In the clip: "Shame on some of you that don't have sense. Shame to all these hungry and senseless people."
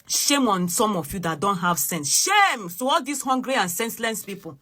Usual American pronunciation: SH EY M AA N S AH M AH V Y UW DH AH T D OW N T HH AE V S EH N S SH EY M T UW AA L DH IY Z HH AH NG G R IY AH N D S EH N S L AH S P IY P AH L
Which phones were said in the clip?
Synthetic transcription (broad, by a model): SH EY M AA N S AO M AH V Y UW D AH T D OW N T HH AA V S EH N S SH EY M T UW AA L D IY S HH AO NG G R IY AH N S EH N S L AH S P IY P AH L